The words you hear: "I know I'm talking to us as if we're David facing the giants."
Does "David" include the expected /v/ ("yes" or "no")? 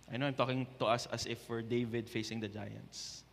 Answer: yes